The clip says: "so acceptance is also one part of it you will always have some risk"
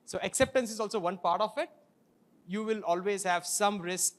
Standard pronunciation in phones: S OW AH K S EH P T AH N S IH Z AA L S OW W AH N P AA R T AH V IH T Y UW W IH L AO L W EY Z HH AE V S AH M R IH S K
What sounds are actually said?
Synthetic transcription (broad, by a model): S OW AH K S EH P T AH N S IH Z AA L S OW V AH N P AA R T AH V IH T Y UW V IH L AO L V EY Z HH AE V S AH M R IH S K